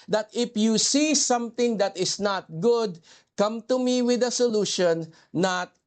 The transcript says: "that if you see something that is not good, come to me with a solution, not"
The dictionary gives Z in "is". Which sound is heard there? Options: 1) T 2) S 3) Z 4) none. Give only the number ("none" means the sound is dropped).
2